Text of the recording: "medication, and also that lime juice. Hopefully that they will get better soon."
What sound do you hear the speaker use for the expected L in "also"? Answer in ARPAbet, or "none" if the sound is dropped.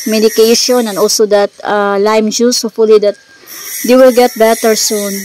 L